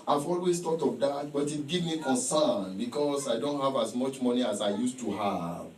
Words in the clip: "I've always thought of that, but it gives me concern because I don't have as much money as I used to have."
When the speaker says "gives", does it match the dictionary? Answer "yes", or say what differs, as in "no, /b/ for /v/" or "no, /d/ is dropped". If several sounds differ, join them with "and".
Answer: no, /z/ is dropped